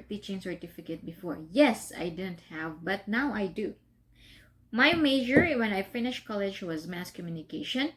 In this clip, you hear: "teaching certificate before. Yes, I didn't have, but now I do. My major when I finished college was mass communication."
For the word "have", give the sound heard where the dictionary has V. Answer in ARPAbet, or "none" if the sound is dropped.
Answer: V